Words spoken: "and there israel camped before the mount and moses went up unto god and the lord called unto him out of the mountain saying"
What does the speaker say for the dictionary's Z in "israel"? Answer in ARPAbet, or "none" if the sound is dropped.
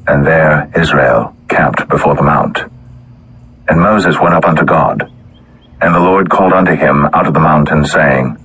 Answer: Z